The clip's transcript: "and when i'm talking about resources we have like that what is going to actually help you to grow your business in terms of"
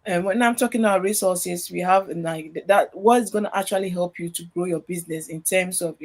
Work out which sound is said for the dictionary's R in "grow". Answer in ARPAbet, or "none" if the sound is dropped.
R